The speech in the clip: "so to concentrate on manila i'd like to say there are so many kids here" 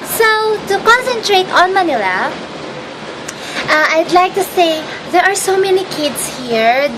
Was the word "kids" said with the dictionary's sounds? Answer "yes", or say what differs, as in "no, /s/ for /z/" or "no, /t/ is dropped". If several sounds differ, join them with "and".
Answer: no, /s/ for /z/